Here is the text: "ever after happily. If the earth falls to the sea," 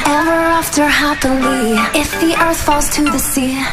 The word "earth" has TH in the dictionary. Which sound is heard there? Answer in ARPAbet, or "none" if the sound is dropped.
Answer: TH